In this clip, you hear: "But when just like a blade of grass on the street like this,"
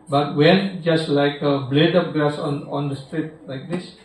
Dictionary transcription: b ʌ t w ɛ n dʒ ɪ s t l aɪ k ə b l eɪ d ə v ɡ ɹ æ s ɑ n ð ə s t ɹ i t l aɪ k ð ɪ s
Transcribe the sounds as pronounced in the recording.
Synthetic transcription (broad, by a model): b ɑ t w ɛ n dʒ ɪ s t l aɪ k ə b l eɪ d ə p ɡ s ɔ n ɑ n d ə s t ɹ i t l aɪ k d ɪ s